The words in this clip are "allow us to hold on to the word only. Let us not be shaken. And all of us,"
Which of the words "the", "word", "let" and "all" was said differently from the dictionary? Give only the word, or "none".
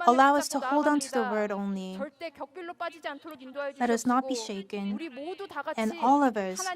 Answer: none